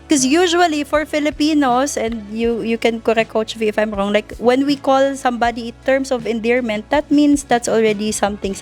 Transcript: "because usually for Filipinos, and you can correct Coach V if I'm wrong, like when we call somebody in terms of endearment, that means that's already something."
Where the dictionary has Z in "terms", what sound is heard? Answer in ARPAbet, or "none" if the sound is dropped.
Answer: S